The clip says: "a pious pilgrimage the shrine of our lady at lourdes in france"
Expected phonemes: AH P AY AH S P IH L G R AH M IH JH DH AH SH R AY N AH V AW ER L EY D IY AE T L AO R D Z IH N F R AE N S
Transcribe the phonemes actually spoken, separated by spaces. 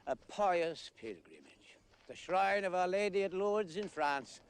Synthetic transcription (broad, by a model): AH P AY AH S P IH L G R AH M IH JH DH AH SH R AY N AH V AW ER L EY D IY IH T L AO R D Z IH N F R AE N S